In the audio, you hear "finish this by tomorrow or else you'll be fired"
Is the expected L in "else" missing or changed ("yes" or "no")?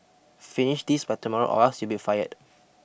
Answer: yes